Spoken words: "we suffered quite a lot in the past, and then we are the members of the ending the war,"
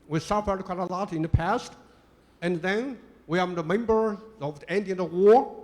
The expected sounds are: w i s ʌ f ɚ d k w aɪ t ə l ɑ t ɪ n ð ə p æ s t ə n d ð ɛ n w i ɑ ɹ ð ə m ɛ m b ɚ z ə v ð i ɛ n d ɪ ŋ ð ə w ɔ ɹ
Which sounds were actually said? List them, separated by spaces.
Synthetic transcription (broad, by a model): w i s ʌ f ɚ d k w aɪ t ə l ɑ t ɪ n ð ə p æ s t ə n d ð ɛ n w i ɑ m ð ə m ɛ m b ɚ ə v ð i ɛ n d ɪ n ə w ɔ ɹ